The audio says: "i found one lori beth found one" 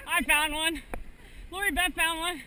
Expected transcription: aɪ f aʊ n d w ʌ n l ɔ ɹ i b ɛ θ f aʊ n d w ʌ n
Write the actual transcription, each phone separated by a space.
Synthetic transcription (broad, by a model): aɪ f aʊ n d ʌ n l ɔ ɹ i b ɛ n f aʊ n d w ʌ n